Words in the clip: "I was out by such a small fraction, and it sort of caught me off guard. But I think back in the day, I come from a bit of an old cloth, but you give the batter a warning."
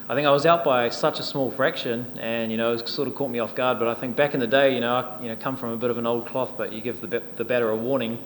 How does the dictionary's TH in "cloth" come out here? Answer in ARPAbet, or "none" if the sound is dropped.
TH